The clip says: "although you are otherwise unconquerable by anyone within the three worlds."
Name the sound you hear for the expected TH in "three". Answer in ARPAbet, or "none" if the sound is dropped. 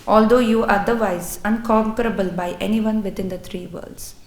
T